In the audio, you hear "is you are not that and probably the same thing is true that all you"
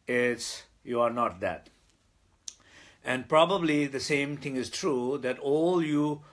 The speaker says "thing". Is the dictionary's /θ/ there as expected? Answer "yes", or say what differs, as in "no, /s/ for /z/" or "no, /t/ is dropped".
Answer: no, /t/ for /θ/